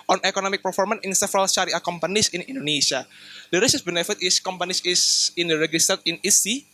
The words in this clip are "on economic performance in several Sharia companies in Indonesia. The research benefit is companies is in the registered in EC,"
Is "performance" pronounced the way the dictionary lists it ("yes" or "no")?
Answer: no